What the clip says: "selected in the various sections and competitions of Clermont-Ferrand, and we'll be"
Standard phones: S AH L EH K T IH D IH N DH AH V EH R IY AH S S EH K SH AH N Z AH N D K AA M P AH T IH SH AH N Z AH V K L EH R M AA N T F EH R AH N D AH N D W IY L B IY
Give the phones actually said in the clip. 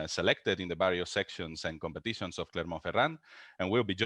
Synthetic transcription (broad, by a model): S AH L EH K T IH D IH N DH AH B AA R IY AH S S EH K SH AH N S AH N K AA M P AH T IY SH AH N S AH F K L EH R M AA F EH R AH N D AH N W IY L B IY